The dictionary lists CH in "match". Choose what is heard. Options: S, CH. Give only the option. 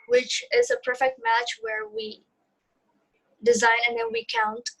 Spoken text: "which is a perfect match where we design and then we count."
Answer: CH